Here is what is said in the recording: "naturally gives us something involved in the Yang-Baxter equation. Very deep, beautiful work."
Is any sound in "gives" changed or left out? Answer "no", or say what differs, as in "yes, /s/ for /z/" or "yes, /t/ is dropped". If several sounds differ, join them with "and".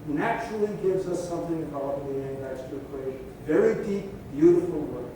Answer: no